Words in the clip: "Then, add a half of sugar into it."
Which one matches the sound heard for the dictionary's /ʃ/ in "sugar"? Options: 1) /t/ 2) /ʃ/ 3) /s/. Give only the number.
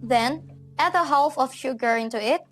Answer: 2